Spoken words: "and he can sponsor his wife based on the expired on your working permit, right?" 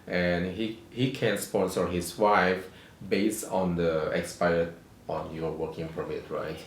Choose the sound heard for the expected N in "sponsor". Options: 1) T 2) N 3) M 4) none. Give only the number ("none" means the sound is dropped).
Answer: 4